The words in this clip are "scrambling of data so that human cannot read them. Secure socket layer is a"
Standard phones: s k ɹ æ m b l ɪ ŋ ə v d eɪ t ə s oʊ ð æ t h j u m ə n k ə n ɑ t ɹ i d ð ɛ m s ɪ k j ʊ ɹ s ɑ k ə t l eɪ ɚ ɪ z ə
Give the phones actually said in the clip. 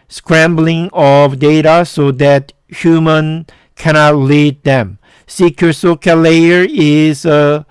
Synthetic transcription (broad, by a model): s k ɹ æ m b l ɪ ŋ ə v d eɪ t ə s oʊ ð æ t h j u m ə n k ə n ɑ t l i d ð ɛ m s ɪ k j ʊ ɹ s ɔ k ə l eɪ ɚ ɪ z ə